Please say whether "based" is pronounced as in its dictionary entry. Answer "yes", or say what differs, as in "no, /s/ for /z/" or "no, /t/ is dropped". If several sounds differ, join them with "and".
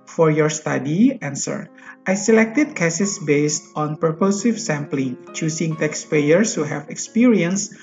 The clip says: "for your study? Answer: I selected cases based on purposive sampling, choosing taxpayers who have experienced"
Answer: yes